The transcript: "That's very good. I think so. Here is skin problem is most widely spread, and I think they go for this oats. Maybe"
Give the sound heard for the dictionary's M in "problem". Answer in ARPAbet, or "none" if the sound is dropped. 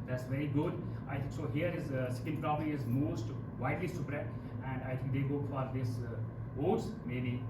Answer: none